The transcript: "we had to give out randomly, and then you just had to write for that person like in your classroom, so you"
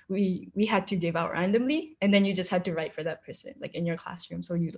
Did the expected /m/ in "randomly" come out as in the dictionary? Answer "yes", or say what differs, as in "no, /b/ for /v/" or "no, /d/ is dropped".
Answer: yes